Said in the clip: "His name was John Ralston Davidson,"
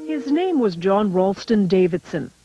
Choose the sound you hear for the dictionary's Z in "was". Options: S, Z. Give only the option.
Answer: Z